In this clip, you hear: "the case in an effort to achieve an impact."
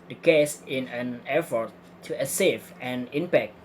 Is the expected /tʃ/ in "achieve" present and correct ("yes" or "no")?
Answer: no